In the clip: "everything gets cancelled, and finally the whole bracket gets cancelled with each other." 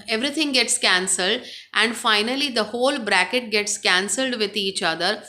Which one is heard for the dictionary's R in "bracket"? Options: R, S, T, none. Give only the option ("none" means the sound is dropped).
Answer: R